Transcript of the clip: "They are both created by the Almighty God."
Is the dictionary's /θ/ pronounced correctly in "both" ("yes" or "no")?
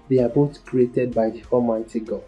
no